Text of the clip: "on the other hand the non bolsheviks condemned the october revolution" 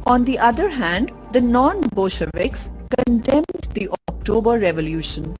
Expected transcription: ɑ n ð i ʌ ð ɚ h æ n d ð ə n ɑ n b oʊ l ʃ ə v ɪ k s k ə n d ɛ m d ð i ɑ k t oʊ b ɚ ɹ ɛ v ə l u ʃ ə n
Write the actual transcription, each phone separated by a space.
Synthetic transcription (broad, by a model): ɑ n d i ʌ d ɚ h æ n d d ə n ɑ n b oʊ ʃ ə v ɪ k s k ə n d ɛ m d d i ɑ k t oʊ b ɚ ɹ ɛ v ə l u ʃ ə n